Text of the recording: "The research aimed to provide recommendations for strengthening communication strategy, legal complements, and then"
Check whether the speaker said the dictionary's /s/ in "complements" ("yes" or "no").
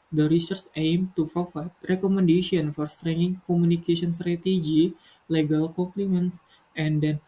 no